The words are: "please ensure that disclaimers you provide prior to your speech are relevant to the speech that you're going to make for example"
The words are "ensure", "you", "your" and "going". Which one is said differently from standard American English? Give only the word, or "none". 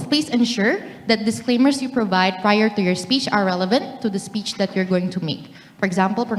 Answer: none